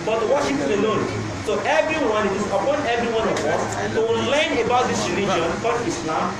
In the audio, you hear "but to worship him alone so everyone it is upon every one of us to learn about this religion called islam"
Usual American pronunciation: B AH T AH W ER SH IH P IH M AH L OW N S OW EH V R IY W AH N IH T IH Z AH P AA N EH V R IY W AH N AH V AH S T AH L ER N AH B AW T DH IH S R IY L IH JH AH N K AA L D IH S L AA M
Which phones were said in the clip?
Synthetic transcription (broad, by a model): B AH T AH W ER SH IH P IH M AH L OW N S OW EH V R IY W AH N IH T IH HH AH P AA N EH V R IY W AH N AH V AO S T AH L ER N AH B AW T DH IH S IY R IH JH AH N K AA D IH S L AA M